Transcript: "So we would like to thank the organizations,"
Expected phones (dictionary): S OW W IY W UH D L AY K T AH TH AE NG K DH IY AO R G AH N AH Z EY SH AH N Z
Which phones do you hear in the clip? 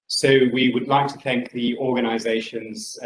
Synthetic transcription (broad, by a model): S OW W IY W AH D L AY K T AH TH AE NG K DH IY AO G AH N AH Z EY SH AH N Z